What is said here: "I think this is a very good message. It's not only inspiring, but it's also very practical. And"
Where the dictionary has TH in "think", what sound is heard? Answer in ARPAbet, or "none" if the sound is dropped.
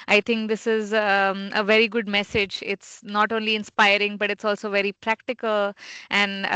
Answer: T